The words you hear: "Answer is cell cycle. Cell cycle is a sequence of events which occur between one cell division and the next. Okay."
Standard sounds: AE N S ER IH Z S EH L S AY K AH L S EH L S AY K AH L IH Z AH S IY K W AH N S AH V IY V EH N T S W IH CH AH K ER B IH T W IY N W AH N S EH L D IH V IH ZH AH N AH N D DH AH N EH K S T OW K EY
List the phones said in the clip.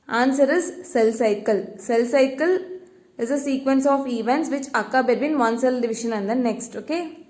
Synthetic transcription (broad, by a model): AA N S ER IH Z S EH L S AY K AH L S EH L S AY K AH L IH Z AH S IY K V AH N S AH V IY V EH N T S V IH CH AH K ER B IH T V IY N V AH N S EH L D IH V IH SH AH N AH N D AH N EH K S T OW K EY